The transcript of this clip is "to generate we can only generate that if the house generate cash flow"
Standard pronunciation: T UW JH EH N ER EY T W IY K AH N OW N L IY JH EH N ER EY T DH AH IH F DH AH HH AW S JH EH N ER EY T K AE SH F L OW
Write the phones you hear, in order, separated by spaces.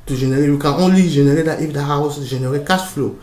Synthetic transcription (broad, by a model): T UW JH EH N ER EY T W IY K AH N OW N L IY JH EH N ER EY T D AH IH F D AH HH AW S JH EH N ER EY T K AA S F L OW